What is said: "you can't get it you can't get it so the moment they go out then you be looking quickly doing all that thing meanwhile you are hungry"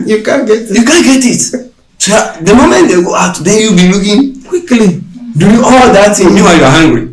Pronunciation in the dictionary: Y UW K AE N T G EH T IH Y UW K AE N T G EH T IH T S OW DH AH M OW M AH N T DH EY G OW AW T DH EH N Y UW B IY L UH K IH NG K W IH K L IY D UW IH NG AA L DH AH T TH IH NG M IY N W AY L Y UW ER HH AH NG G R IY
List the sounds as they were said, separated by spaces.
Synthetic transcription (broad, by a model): Y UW K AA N G EH T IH Y UW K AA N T G EH T IH T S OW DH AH M OW M AH N T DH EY G OW AW T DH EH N Y UW B IY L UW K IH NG K W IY K L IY D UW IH AA L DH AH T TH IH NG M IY W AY Y UW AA HH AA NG G R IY